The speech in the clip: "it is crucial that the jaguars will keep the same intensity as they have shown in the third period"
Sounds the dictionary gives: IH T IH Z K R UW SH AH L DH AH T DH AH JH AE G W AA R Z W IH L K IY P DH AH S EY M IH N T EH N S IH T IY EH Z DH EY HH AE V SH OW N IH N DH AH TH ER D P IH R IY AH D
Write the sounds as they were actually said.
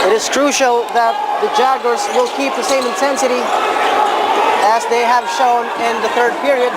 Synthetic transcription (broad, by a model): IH T IH Z K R UW SH L DH AH T DH AH JH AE G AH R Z W IH L K IY P DH AH S EY M IH N T EH N S IH T IY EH Z DH EY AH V SH OW N IH N DH AH TH ER D P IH R IY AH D